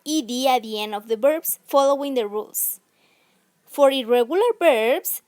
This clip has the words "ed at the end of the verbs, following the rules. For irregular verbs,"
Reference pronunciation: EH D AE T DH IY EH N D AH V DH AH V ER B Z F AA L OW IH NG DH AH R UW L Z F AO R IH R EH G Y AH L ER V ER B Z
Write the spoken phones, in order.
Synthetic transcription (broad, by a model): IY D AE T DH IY EH N D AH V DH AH B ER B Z F AA L OW IH NG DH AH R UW L S F AO R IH R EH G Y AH L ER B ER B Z